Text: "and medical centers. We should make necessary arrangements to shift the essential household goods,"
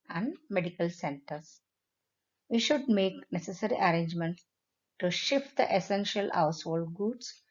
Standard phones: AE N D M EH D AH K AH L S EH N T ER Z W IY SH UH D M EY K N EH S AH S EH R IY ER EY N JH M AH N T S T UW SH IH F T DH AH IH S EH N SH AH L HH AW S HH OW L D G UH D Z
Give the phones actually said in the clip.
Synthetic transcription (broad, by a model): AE N D M EH D AH K AH L S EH N T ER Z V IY SH UH D M EY K N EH S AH S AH R IY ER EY N JH M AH N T S T UW SH IH F T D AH IH S EH N SH AH L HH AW S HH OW L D G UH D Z